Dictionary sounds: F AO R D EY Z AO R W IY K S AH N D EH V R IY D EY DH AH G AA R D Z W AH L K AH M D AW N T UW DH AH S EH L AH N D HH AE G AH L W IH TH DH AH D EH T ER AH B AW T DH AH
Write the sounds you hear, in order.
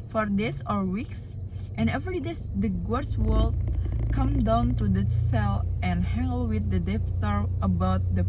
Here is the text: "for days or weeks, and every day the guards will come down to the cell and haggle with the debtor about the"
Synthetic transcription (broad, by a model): F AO R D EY S AO R W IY K S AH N EH V R IY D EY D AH G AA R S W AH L K AH M D AW N T UW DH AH S EH L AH N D HH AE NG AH L W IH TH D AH D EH T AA AH B AW T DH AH